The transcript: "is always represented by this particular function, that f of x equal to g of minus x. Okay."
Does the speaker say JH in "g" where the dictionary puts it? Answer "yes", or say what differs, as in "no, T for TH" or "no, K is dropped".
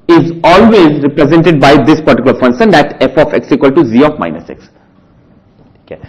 no, Z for JH